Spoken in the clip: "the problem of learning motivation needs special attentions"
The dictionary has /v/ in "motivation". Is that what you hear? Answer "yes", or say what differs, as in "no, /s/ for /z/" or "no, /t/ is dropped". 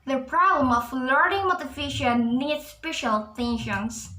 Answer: no, /f/ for /v/